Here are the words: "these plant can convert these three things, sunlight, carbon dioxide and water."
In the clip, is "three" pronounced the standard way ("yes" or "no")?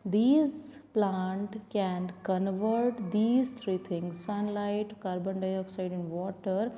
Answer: no